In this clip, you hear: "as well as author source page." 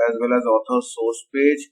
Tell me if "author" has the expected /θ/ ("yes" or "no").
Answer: no